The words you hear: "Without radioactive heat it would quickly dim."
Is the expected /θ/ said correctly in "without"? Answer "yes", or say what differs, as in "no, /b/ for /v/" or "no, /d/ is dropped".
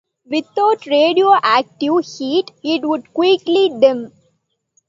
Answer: no, /t/ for /θ/